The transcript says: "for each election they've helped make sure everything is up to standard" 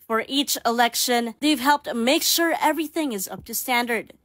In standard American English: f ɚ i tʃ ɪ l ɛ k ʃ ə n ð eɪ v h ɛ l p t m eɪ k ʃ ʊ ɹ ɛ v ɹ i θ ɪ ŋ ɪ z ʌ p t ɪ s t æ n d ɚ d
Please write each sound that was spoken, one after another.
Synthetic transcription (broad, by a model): f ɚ i tʃ ɪ l ɛ k ʃ ə n ð eɪ v h ɛ l p t m eɪ k ʃ ʊ ɹ ɛ v ɹ i θ ɪ ŋ ɪ z ʌ p t ɪ s t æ n d ɚ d